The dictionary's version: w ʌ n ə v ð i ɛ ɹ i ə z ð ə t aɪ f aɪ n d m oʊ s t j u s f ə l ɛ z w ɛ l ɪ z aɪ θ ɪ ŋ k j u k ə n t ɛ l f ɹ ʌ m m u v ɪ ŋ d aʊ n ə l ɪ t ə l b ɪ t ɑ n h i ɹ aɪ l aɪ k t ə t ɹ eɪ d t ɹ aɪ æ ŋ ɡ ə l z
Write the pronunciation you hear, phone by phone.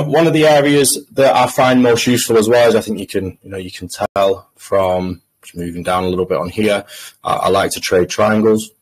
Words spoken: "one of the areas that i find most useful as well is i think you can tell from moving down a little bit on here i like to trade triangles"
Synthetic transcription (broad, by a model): w ʌ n ə v ð i ɛ ɹ i ə z ð ə t aɪ f aɪ n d m oʊ s t j u s f ə l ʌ z w ɛ l ɪ z aɪ θ ɪ ŋ k j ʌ k ə n t ɛ l f ɹ ʌ m m u v ɪ ŋ d aʊ n ə l ɪ t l b ɪ t n h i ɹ aɪ l aɪ k t ə t ɹ eɪ d t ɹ aɪ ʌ ŋ ɡ ə l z